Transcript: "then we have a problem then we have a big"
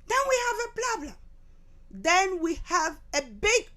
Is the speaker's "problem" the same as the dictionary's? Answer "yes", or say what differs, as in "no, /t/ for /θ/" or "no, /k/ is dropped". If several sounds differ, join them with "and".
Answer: no, /l/ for /ɹ/